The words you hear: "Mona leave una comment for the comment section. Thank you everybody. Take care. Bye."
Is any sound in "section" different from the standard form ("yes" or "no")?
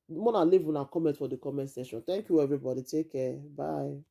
yes